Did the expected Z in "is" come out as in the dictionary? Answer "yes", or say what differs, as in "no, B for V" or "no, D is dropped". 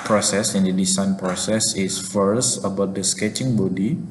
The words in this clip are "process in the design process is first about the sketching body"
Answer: no, S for Z